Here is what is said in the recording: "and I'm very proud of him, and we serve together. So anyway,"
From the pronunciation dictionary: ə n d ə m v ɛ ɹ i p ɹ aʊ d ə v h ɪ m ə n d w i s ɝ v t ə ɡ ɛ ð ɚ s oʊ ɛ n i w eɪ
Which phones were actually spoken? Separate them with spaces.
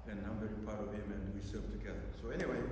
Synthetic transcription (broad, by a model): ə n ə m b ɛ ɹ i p aʊ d ə v h ɪ m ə n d w i s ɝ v t ə ɡ ɛ ð ɚ s oʊ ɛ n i w eɪ